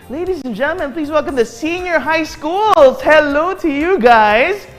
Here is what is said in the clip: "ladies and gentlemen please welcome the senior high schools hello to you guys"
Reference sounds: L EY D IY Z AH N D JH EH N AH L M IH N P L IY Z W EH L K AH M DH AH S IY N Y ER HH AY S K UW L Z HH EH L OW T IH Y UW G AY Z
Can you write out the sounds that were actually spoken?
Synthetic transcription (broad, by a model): L EY D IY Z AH N JH EH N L M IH N P L IY Z W EH L K AH M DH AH S IY N Y ER HH AY S K UW L Z HH EH L OW T IH Y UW G AY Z